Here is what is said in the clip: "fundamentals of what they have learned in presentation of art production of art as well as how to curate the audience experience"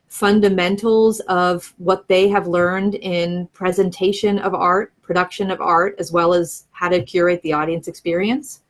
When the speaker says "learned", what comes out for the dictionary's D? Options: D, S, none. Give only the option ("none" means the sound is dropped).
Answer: D